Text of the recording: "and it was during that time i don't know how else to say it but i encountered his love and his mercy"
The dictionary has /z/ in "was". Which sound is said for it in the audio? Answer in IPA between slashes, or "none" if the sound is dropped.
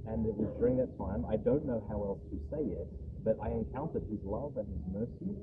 /z/